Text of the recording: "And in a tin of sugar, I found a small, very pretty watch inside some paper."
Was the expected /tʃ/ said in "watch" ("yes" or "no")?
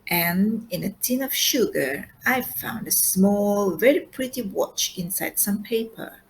yes